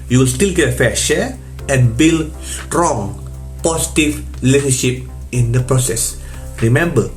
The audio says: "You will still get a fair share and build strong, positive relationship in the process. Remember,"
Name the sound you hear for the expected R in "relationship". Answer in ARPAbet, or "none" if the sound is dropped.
L